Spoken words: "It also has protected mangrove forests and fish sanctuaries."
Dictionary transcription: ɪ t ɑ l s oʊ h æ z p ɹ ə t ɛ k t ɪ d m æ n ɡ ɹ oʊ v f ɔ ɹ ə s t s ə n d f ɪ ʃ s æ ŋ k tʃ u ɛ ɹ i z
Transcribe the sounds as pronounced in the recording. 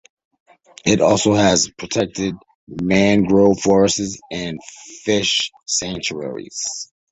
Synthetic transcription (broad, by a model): ɪ t ɑ l s oʊ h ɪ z p ɹ ə t ɛ k t ɪ d m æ n ɡ ɹ oʊ f ɔ ɹ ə s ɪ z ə n f ɪ ʃ s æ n tʃ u ɛ ɹ i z